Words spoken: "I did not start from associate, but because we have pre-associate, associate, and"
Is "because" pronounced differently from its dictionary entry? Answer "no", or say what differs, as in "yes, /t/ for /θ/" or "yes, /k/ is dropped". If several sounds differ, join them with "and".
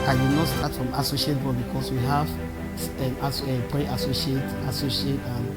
yes, /s/ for /z/